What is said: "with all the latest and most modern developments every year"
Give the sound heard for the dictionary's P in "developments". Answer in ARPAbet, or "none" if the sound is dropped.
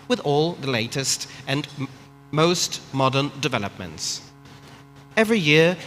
P